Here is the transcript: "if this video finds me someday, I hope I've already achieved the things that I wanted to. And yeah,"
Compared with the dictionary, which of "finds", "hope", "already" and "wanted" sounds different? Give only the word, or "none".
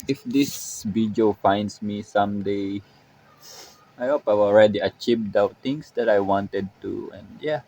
finds